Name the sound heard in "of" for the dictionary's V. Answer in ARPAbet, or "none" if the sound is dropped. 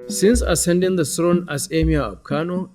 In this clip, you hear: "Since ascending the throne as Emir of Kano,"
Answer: B